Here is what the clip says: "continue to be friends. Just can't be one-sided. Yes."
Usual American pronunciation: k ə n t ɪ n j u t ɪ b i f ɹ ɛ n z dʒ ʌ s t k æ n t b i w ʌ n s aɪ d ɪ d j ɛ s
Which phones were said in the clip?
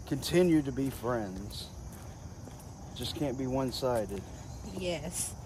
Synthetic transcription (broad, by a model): k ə n t ɪ n j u t ɪ b i f ɹ ɛ n z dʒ ʌ s k æ n b i w ʌ n s aɪ d ɪ d j ɛ s